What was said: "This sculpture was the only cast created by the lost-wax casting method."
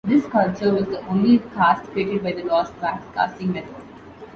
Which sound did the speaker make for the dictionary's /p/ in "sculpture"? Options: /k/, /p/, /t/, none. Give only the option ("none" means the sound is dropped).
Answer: none